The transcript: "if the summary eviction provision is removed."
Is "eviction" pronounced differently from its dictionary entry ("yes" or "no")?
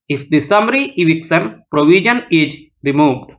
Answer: yes